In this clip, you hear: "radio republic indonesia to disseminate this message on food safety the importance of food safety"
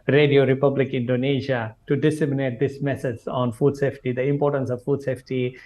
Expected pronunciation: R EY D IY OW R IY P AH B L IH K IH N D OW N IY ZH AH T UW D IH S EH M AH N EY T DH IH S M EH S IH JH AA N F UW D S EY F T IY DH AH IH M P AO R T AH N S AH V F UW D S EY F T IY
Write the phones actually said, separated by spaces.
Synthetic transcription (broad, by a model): R EY D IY OW R IY P AH B L IH K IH N D OW N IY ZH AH T UW D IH S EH M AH N EY T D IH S M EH S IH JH AA N F UW D S EY F T IY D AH IH M P AO R T AH N S AH V F UW D S EY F T IY